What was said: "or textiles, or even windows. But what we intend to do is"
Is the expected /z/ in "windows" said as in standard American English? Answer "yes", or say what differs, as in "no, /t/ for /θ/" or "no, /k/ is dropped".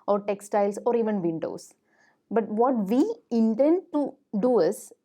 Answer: no, /s/ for /z/